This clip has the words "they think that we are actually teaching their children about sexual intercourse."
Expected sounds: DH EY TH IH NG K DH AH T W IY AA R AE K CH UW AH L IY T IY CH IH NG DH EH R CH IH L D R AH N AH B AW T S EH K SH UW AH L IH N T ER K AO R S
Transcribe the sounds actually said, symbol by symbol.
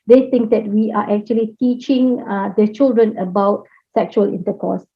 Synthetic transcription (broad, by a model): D EY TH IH NG K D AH T W IY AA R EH K CH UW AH L IY T IY CH IH NG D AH CH IH L D R AH N AH B AW T S EH K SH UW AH L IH N T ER K AO S